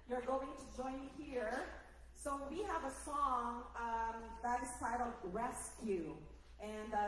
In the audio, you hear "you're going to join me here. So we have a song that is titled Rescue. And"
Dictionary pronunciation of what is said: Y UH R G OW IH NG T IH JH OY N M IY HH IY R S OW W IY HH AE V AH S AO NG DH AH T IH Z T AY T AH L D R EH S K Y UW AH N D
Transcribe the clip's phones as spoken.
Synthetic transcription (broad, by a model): Y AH R G OW IH NG T IH JH OY N HH IY R S OW W IY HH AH V AH S AO NG DH AH T IH Z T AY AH D R EH S K Y UW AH N